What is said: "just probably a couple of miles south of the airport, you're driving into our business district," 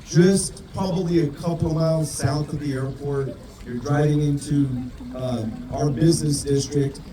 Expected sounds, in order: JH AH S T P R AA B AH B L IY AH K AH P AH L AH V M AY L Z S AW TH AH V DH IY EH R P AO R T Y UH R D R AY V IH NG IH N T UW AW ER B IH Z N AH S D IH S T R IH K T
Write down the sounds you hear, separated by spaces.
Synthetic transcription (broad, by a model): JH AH S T P R AA B AH B L IY AH K AH P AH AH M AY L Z S AW TH AH V DH IY EH R P AO R T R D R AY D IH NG IH N T UW AW ER B IH Z N AH S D IH S T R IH K T